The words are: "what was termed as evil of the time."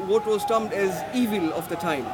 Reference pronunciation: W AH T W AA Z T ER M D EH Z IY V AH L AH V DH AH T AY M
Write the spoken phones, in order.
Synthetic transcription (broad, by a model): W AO T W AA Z T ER M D EH Z IY V AH L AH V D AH T AY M